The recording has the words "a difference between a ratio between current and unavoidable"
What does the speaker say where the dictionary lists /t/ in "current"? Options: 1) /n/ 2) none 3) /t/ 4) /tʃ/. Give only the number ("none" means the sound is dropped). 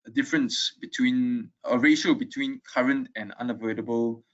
3